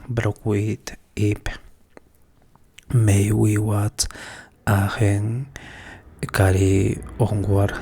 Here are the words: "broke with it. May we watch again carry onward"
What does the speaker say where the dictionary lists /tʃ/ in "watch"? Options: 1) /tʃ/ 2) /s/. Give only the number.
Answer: 2